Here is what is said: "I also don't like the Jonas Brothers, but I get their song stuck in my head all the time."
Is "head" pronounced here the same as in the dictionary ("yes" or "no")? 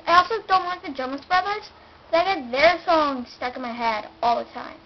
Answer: yes